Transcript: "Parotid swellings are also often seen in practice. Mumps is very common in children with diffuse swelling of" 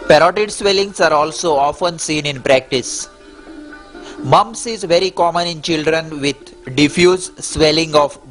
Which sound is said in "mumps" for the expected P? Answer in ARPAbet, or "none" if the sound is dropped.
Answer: none